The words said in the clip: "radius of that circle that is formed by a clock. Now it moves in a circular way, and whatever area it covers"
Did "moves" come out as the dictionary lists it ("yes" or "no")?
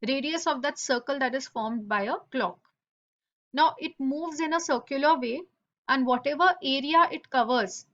yes